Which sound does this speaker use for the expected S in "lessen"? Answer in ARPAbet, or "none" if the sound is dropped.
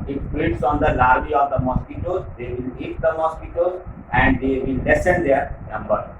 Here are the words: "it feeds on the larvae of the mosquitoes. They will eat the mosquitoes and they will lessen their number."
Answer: S